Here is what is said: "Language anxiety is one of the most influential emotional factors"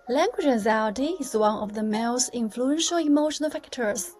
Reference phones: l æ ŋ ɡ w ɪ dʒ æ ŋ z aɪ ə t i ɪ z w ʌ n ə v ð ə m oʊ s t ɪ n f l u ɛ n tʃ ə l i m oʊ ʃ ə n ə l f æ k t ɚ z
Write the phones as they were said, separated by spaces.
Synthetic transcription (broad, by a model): l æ ŋ ɡ w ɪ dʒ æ z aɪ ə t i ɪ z w ʌ n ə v ð ə m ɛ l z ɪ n f l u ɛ n ʃ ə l i m oʊ ʃ ə n ə l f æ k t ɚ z